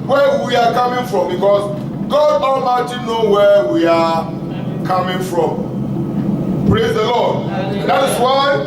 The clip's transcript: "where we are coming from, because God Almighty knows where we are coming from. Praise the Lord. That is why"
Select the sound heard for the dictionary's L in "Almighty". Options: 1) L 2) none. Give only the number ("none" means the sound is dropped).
2